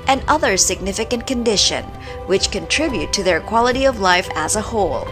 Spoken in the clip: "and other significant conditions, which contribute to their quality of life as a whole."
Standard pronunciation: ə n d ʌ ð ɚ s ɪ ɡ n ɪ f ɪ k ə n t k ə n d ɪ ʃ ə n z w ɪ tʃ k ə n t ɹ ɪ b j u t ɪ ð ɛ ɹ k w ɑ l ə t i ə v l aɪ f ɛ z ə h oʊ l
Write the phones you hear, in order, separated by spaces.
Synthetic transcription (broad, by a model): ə n ʌ ð ɚ s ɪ ɡ n ɪ f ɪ k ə n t k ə n d ɪ ʃ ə n w ɪ tʃ k ə n t ɹ ɪ b j u t ɪ ð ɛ ɹ k w ɑ l ə t i ə v l aɪ f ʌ z ə h oʊ l